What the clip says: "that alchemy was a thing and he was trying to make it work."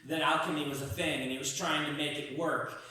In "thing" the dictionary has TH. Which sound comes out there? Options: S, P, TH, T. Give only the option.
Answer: TH